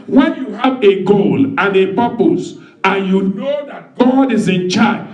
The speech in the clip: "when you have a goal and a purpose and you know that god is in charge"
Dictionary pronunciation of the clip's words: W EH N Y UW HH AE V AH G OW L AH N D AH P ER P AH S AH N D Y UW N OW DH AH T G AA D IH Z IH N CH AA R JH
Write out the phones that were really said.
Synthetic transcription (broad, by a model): W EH N Y UW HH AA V AH G OW L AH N AH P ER P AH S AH N Y UW N OW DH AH T G AA D IH Z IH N CH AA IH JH